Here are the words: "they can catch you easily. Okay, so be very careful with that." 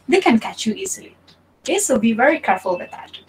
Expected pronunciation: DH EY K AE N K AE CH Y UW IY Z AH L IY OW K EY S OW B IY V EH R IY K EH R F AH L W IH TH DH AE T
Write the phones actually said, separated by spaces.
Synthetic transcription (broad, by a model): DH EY K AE N K AE CH Y UW IY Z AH L IY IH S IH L B IY V EH R IY K EH R F AH L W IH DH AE T